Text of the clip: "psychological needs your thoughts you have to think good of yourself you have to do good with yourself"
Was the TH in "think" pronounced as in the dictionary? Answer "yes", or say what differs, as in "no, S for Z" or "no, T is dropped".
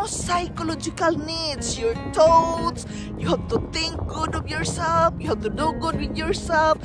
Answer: no, T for TH